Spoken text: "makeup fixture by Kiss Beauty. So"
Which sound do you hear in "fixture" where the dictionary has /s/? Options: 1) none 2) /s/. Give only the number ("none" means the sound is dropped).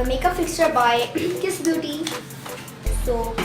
2